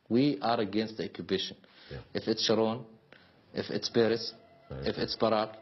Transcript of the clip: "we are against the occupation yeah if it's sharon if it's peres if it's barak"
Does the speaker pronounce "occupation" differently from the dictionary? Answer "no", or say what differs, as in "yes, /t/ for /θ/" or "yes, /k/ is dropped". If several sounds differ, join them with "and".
yes, /b/ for /p/